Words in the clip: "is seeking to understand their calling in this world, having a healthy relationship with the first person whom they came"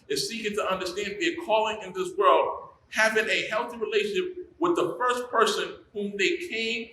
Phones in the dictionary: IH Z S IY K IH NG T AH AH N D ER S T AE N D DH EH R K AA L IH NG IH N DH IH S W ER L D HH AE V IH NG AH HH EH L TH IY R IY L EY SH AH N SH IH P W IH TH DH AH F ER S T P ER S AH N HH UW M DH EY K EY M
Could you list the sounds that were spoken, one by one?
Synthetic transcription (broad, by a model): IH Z S IY K IH NG T AH AH N D ER S T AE N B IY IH K AA L IH NG IH N DH IH S W ER L D HH AE V IH NG AH HH EH L TH IY R IY L EY SH AH N SH IH P W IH DH AH F ER S P ER S AH N HH UW M DH EY K EY M